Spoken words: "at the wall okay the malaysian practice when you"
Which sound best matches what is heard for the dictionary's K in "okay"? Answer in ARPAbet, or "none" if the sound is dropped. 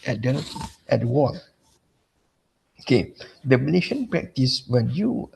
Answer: K